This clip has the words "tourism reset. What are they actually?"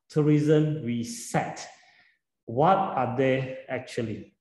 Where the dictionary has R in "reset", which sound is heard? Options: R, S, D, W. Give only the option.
W